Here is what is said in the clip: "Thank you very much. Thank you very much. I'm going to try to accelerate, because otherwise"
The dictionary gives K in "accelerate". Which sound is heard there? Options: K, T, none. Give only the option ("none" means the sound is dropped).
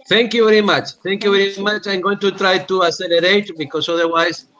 none